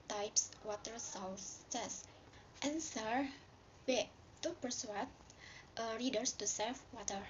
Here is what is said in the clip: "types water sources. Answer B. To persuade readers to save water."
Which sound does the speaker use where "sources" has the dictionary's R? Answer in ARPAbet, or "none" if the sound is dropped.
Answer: W